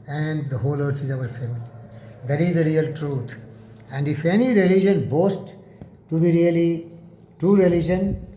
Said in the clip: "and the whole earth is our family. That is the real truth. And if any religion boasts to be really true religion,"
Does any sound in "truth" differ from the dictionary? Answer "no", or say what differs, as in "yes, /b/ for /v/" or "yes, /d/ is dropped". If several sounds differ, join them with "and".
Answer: yes, /t/ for /θ/